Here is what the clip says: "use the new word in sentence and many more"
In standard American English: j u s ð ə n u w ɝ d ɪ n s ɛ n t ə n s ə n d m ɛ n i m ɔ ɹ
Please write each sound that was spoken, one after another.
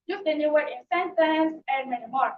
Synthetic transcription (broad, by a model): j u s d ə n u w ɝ ɪ n s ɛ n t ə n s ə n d m ɛ n i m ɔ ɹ